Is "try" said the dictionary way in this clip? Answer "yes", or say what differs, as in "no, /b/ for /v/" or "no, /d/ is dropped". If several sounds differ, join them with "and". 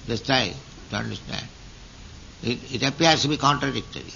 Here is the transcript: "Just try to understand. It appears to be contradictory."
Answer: no, /ɹ/ is dropped